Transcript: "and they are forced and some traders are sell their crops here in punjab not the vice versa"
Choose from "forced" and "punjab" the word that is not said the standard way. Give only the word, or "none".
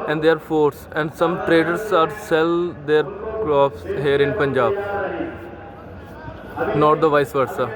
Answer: forced